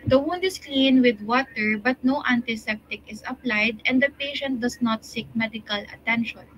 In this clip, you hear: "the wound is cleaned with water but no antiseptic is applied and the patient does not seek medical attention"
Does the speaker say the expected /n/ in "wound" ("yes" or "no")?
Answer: yes